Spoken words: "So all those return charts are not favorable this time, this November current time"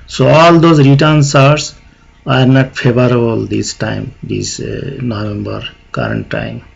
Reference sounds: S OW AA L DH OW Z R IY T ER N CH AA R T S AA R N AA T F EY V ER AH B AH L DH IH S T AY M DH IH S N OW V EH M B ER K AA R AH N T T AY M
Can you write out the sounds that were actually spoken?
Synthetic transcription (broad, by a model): S OW AA L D OW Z R IY T ER N S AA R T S AA R N AA T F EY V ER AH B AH L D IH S T AY M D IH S N OW V EH M B ER K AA R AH N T T AY M